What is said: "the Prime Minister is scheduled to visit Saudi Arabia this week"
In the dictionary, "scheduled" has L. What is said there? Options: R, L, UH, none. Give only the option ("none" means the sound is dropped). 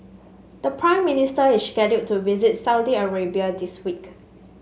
none